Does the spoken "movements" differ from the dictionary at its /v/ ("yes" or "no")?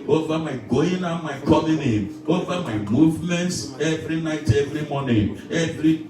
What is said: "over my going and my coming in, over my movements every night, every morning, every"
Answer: no